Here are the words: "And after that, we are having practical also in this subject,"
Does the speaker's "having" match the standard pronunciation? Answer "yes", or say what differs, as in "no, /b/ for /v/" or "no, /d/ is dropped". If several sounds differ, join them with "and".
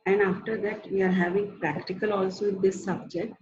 yes